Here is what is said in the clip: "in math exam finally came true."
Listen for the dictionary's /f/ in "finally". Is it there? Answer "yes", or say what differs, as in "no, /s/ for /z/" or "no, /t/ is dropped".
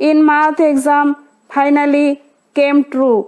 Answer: no, /p/ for /f/